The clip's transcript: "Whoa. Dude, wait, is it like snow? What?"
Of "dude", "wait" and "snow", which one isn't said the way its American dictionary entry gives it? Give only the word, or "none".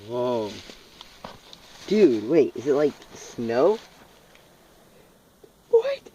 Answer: none